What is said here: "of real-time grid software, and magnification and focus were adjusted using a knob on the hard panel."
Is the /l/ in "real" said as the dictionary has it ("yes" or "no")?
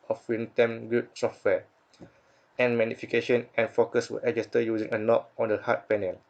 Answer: no